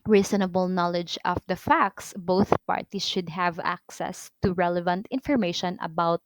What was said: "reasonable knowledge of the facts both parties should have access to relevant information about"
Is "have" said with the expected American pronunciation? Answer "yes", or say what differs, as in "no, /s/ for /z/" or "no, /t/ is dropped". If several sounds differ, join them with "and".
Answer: yes